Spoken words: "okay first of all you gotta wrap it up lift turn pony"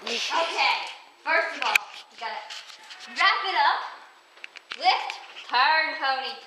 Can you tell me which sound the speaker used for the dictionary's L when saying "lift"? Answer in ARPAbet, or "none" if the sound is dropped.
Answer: W